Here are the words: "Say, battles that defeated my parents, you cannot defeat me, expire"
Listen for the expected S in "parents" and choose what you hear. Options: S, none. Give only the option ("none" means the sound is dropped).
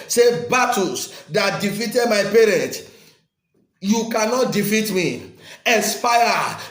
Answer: none